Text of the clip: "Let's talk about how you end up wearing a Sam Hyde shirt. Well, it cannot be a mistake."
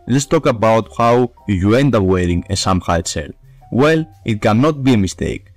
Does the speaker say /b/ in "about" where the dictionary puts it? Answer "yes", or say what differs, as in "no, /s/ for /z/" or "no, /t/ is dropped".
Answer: yes